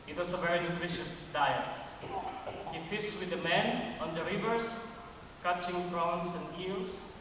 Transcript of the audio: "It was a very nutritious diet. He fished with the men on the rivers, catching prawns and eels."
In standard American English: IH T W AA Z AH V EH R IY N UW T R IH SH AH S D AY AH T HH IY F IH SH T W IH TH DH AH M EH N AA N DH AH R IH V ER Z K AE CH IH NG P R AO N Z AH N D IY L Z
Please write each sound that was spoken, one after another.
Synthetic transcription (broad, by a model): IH T W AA S AH V EH R IY N UW T R IH SH AH S D AY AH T HH IY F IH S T W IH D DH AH M EH N AA N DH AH R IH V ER S K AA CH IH NG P R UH N S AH N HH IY L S